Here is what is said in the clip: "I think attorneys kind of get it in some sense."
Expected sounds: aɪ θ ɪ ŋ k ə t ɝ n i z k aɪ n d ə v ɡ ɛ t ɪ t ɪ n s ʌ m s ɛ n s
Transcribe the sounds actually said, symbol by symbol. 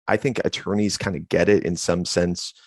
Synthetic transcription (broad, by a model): aɪ θ ɪ ŋ k ə t ɝ n i z k aɪ n d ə ɡ ɛ t ɪ t ɪ n s ʌ m s ɛ n s